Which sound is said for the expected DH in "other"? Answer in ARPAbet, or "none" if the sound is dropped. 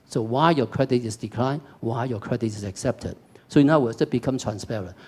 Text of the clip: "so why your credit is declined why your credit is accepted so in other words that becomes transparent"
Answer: none